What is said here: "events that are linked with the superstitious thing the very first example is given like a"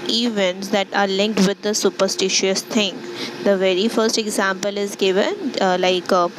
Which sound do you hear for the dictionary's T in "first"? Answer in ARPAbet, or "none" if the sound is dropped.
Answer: T